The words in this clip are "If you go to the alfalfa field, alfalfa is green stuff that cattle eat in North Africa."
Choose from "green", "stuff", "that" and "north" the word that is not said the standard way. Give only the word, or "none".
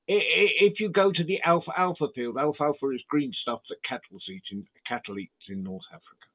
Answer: none